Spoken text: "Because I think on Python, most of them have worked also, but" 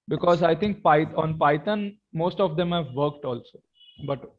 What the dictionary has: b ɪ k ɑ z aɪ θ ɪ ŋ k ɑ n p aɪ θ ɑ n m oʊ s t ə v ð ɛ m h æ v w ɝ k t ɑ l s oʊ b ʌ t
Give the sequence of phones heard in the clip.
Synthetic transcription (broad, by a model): b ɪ k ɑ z aɪ t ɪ ŋ k ɑ n p aɪ t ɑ n m oʊ s t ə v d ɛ m h æ v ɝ k t ɑ l s oʊ b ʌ t